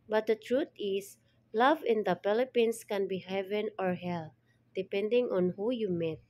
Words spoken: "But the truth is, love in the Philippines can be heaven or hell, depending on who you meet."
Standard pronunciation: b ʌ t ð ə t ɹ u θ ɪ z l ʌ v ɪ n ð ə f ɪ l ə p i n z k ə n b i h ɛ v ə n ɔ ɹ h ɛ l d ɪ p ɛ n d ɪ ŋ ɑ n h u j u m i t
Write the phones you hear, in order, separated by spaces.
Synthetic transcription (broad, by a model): b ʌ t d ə t ɹ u t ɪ s l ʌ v ɪ n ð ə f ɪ l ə p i n s k ə n b i h ɛ v ə n ɔ ɹ h ɛ l d ɪ p ɛ n d ɪ ŋ ɑ n h u j u m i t